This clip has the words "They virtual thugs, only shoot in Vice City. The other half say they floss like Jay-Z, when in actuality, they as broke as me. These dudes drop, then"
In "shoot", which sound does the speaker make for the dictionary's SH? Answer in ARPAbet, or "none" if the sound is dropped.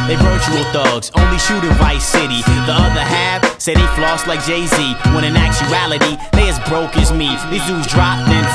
SH